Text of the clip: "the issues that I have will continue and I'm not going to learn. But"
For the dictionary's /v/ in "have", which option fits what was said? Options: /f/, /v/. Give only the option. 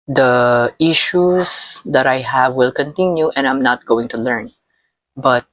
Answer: /v/